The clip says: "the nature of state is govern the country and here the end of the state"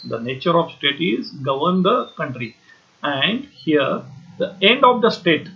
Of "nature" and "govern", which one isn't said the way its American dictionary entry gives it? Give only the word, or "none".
none